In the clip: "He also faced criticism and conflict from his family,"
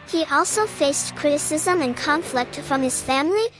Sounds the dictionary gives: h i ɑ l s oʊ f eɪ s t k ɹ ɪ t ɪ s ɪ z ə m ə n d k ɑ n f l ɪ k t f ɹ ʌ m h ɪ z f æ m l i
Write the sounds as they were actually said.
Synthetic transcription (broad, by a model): h i ɑ l s oʊ f eɪ s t k ɹ ɪ t ɪ s ɪ z ə m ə n k ɑ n f l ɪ k t f ɹ ʌ m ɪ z f æ m l i